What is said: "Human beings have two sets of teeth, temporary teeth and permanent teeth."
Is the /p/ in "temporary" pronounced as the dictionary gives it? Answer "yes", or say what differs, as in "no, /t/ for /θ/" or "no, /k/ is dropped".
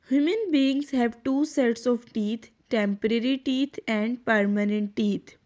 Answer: yes